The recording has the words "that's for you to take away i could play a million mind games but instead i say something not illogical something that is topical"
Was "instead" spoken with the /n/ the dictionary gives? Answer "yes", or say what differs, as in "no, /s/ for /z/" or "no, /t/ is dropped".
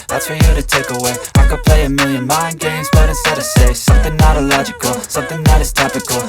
no, /n/ is dropped